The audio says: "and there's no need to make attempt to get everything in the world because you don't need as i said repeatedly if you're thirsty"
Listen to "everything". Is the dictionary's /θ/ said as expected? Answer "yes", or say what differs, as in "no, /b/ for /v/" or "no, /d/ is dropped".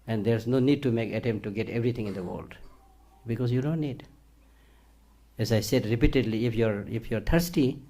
no, /t/ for /θ/